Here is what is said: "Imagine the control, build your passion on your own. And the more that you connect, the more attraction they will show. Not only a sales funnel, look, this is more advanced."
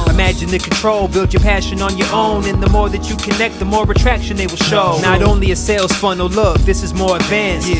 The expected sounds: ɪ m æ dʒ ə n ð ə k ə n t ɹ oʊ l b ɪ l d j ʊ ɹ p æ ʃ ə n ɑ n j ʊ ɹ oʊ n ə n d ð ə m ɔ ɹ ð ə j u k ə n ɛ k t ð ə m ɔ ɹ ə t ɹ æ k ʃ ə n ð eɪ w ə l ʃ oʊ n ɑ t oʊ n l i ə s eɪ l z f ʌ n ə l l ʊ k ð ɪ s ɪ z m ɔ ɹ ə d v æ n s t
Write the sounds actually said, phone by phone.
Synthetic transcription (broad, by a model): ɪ m æ dʒ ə n ð ə k n t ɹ oʊ l b ɪ l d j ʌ ɹ p æ ʃ ə n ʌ n j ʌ ɹ oʊ n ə n ð ə m ɔ ɹ ð ə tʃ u k ə n ɛ k t ð ə m ɔ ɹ ə t ɹ æ k ʃ ə n ð eɪ w ə l ʃ oʊ n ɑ t oʊ n l i ə s eɪ l z f ʌ n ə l l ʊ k ð ɪ s ɪ z m ɔ ɹ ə d v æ n s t